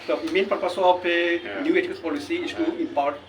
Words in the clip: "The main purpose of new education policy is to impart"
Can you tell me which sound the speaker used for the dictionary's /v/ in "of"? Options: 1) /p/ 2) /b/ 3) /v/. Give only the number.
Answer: 1